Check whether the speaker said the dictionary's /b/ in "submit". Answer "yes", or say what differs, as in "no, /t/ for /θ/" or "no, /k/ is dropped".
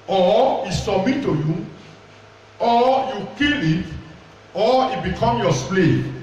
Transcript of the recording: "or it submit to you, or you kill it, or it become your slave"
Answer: no, /b/ is dropped